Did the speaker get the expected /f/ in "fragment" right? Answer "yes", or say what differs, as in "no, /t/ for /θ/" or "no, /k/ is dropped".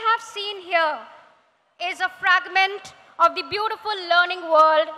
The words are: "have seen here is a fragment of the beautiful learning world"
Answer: yes